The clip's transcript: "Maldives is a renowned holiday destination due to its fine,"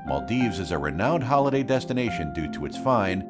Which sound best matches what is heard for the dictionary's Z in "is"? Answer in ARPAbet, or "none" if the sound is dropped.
Z